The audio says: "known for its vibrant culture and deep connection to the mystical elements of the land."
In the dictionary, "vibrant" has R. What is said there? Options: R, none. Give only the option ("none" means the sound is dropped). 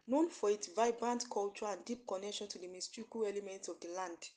R